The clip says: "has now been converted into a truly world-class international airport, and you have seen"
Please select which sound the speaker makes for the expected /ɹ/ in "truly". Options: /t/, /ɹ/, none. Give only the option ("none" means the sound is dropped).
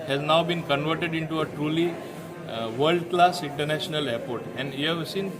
/ɹ/